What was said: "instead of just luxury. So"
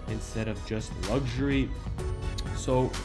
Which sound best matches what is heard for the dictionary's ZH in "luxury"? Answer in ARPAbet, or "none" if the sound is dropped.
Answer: ZH